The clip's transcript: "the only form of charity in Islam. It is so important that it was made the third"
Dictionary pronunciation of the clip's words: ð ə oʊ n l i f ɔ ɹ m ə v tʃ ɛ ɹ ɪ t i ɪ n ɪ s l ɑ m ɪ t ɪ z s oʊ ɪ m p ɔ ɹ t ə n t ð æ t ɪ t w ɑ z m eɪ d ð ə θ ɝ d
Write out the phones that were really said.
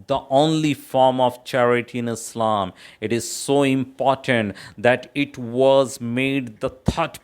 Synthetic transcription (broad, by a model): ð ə oʊ n l i f ɔ ɹ m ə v tʃ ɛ ɹ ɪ t i ɪ n ɪ s l ɑ m ɪ t ɪ z s oʊ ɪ m p ɔ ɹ t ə n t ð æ t ɪ t w ɑ z m eɪ d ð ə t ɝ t